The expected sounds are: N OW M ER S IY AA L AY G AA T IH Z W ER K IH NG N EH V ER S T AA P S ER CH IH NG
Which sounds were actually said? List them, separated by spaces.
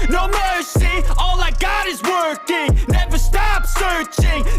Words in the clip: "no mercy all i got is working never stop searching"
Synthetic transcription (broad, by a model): N OW M ER S IY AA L AY G AA T IH Z W ER K IH NG N EH V ER S T AA P S ER CH IH NG